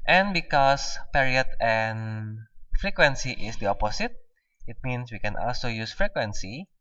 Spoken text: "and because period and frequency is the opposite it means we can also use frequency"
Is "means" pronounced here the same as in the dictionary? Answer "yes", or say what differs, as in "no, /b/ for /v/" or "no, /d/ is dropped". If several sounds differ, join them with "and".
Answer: no, /s/ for /z/